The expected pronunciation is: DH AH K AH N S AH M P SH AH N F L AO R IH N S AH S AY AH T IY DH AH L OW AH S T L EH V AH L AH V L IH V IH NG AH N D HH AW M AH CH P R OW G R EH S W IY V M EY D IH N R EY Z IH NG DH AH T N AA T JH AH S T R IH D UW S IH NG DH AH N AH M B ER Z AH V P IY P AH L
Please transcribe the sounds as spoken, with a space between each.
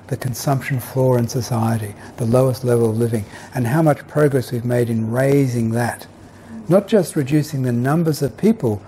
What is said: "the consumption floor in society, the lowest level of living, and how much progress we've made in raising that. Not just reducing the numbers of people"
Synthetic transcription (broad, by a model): DH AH K AH N S AH M P SH AH N F L AO R IH N S AH S AY AH T IY DH AH L OW AH S T L EH V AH L AH V L IH V IH NG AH N HH AW M AH CH P R OW G R EH S W IY V M EY D IH N R EY Z IH NG DH AH T N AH T JH AH S T R IH D UW S IH NG DH AH N AH M B ER Z AH V P IY P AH L